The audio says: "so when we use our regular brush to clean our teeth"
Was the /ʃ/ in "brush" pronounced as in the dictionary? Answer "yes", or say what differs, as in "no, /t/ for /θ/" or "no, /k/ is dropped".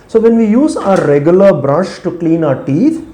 yes